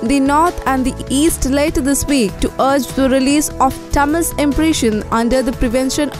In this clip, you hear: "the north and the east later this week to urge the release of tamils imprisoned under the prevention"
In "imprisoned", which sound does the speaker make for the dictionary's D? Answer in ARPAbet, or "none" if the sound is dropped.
none